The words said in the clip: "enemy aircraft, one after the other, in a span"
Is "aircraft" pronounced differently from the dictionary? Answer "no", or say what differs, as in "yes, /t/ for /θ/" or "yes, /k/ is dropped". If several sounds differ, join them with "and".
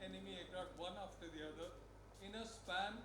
yes, /f/ is dropped